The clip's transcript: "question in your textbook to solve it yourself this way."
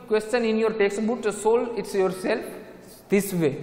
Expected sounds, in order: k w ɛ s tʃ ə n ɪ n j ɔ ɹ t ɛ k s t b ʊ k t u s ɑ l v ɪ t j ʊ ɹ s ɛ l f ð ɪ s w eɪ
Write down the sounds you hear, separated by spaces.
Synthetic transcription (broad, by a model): k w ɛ s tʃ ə n ɪ n j ɔ ɹ t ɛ k s t b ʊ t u s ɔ l ɪ t j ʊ ɹ s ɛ l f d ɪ s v eɪ